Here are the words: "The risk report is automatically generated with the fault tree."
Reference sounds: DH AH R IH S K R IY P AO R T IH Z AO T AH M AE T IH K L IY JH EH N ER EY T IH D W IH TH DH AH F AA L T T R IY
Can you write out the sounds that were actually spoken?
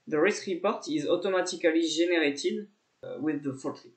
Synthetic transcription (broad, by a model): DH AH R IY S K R IY P AO R T IH Z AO T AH M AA T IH K L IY ZH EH N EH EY T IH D W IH DH AH F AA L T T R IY